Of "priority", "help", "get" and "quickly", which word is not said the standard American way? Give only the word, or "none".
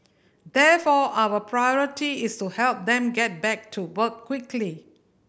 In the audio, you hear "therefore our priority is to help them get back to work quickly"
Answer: none